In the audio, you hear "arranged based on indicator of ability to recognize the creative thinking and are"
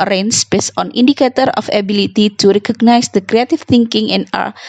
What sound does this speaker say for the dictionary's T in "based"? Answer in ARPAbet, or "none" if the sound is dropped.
none